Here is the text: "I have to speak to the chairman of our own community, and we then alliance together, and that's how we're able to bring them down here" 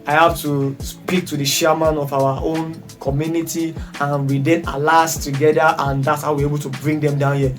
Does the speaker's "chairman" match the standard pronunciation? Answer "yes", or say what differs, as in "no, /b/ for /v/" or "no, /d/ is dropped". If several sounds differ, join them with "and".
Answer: no, /ʃ/ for /tʃ/